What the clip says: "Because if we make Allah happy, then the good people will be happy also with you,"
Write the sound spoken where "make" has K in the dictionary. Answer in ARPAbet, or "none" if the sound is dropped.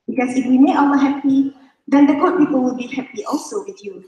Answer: none